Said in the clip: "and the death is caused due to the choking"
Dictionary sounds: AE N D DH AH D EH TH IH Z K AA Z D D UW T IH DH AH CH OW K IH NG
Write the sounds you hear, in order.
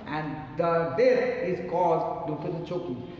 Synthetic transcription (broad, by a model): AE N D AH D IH S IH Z K AA Z D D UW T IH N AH CH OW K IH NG